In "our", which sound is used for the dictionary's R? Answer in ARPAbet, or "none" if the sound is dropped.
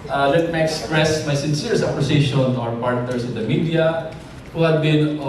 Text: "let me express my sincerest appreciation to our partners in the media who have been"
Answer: R